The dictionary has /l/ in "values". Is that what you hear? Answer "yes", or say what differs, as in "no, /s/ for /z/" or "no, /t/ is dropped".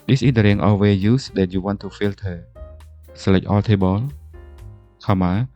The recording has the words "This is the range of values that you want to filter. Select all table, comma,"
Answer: no, /l/ is dropped